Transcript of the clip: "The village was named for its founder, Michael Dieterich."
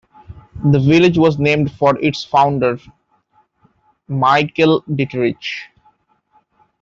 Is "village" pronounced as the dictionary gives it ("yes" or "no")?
yes